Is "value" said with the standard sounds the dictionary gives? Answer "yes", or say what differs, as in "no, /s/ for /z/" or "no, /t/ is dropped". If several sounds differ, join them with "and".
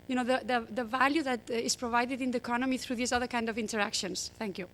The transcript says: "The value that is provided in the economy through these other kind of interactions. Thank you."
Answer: yes